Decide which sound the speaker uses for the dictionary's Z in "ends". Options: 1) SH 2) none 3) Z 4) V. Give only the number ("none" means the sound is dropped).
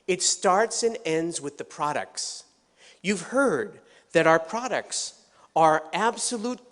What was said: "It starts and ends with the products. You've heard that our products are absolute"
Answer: 3